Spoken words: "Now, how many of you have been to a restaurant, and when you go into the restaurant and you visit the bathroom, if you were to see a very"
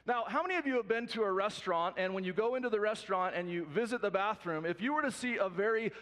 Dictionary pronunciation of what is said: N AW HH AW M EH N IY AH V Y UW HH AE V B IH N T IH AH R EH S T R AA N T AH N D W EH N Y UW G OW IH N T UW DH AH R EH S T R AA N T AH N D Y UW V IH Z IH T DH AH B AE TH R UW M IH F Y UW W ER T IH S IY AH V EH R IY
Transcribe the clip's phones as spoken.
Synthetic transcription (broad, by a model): N AW HH AW M EH N IY AH V Y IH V B IH N T IH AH R EH S T R AA N T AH N W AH N Y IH G OW IH N T UW DH AH R EH S T R AA N T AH N Y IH V IH Z IH T DH AH B AE TH R UW M IH F Y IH W ER T IH S IY AH V EH R IY